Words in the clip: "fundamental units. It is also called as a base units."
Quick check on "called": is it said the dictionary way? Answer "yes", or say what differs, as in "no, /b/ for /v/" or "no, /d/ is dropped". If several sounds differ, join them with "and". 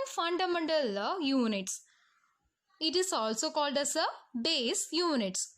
yes